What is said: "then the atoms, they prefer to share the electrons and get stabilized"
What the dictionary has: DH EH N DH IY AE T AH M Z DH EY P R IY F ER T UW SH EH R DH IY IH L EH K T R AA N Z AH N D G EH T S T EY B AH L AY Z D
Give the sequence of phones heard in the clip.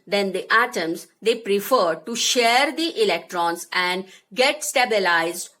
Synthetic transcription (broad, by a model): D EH N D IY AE T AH M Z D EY P R IY F ER T UW SH EH R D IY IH L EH K T R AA N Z AH N D G EH T S T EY B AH L AY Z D